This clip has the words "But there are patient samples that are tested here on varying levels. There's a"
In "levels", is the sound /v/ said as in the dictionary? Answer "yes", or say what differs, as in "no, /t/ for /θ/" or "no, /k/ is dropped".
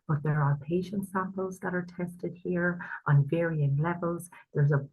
yes